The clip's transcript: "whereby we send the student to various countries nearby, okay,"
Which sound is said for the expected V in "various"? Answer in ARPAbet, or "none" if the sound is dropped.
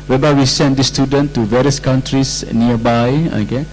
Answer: V